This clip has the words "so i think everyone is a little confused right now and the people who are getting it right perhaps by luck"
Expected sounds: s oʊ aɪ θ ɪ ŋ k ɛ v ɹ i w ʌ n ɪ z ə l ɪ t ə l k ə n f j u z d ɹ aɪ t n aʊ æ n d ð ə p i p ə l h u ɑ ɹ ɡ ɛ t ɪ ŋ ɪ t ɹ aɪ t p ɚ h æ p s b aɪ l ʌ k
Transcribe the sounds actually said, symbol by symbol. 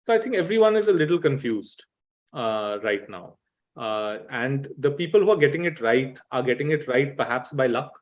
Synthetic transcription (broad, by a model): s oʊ aɪ t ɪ ŋ k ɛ v ɹ i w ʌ n ɪ z ə l ɪ t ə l k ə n f j u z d ɹ aɪ t n aʊ æ n d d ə p i p ə l h u ɑ ɹ ɡ ɛ t ɪ ŋ ɪ t ɹ aɪ t p ɚ h æ p s b aɪ l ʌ k